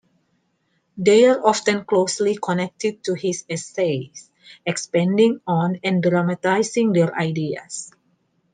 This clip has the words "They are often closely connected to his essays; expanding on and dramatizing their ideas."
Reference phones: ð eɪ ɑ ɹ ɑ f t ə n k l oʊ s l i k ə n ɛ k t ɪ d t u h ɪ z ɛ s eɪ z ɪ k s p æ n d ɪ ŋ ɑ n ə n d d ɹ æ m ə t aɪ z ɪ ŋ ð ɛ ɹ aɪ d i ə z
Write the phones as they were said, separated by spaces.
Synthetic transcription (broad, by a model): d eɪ ɑ ɹ ɑ f t ə n k l oʊ s l i k ə n ɛ k t ɪ d t u h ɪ s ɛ s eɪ s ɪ k s p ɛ n d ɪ ŋ ɑ n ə n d d ɹ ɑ m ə t aɪ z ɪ ŋ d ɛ ɹ aɪ d i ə s